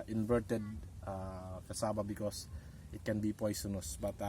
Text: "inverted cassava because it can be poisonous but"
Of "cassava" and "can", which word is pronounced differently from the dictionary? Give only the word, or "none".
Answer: cassava